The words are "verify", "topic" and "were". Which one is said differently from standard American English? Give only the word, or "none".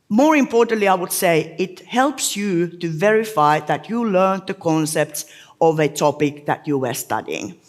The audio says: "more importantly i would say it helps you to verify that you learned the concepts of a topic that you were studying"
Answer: none